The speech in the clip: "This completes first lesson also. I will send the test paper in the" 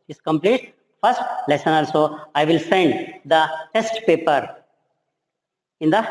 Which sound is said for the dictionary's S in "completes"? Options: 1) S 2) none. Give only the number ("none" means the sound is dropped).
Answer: 2